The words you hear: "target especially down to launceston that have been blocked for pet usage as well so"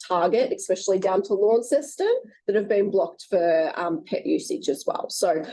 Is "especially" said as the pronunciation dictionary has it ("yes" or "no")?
yes